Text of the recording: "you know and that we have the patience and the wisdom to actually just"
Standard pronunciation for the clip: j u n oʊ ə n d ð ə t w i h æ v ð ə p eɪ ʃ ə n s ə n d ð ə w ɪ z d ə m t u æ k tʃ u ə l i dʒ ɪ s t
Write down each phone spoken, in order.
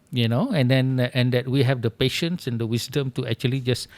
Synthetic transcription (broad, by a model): j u n oʊ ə n d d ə t w i h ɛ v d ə p eɪ ʃ ə n s ə n d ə w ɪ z d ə m t u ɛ k tʃ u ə l i dʒ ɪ s